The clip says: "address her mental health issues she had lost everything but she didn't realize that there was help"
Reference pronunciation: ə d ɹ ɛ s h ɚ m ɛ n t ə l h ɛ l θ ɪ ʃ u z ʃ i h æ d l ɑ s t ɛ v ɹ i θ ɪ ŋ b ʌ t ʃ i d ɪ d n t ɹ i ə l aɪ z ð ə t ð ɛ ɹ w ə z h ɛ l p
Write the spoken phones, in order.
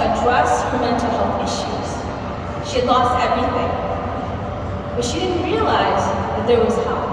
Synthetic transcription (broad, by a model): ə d ɹ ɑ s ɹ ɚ m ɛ n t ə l h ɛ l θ ɪ ʃ u z ʃ i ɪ d l ɑ s t ɛ v ɹ i θ ɪ ŋ b ʌ t ʃ i d ɪ d n t ɹ i ə l aɪ z ð ə t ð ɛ ɹ w ə z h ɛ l